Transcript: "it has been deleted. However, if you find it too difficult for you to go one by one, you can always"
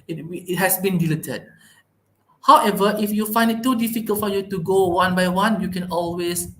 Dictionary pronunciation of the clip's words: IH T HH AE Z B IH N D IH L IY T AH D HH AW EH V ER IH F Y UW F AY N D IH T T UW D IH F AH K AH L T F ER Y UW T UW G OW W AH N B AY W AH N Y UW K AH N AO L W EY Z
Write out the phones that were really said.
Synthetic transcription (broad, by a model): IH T HH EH S B IH N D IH L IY T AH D HH AW EH V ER IH F Y UW F AY N D IH T T UW D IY F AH K AH L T F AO Y UW T UW G OW W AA N B AY W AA N Y UW K AH N AO L W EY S